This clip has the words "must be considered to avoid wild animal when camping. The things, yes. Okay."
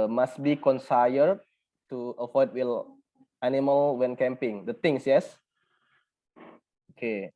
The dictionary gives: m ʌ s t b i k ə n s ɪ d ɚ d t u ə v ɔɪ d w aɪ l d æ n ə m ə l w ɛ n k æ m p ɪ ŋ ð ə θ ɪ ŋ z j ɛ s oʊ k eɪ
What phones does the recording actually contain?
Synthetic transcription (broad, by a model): m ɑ s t b i k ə n s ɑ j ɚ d t u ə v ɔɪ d w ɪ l æ n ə m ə l w ɛ n k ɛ m p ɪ ŋ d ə t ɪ ŋ s j ɛ s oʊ k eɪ